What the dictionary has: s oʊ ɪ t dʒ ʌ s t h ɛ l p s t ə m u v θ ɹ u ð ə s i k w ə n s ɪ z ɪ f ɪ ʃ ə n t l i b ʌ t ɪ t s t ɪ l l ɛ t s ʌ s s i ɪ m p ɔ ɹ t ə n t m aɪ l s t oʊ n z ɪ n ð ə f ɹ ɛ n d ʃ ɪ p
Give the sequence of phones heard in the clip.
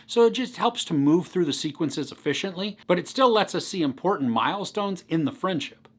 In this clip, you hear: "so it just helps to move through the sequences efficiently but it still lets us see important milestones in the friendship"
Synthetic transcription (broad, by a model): s oʊ ɪ t dʒ ʌ s t h ɛ l p s t ə m u v θ ɹ u ð ə s i k w ə n s ɪ z ɪ f ɪ ʃ ə n t l i b ʌ t ɪ t s t ɪ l l ɛ t s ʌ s s i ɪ m p ɔ ɹ t n m aɪ l s t oʊ n z ɪ n ð ə f ɹ ɛ n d ʃ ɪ p